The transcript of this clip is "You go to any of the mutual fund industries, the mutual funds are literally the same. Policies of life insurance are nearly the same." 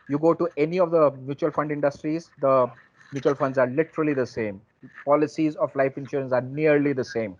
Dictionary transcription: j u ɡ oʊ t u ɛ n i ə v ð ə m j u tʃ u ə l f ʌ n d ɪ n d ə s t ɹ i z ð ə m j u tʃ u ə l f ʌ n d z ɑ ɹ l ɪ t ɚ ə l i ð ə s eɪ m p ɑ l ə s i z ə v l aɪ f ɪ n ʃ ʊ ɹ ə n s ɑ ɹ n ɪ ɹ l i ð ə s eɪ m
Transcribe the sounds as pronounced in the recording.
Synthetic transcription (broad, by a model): j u ɡ oʊ t u ɛ n i ə v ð ə m j u tʃ u ə l f ʌ n d ɪ n d ə s t ɹ i z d ə m j u tʃ u ə l f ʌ n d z ɑ ɹ l ɪ t ɚ ə l i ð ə s eɪ m p ɑ l ə s i z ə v l aɪ f ɪ n ʃ ʊ ɹ ə n s ɑ ɹ n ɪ ɹ l i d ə s eɪ m